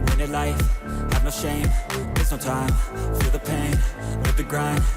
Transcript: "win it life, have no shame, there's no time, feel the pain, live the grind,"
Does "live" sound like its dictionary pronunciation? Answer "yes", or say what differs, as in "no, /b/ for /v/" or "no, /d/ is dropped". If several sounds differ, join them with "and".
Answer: no, /w/ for /l/